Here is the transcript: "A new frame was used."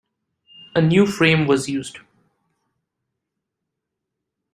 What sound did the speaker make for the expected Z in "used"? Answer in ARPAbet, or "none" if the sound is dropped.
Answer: Z